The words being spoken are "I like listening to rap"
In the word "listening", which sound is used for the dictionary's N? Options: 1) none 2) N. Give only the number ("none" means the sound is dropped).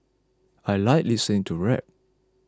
1